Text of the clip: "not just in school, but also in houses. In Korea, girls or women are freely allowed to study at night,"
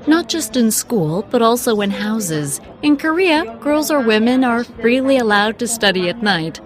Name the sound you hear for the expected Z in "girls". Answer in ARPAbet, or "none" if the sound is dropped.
Z